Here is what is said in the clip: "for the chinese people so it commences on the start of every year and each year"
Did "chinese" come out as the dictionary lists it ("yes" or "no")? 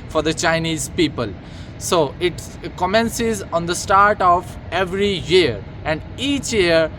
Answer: yes